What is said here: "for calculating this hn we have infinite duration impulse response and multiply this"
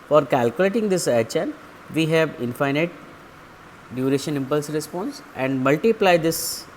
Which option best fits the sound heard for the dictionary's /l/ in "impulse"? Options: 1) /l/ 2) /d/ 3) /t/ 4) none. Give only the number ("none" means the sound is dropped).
1